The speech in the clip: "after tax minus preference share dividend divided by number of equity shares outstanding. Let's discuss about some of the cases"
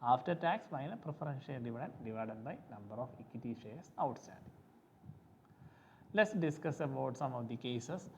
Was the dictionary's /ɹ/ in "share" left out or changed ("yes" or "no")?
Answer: yes